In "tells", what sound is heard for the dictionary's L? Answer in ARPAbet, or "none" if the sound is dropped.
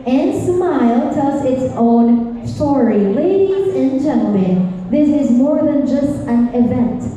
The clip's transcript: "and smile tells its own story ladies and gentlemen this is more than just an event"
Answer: none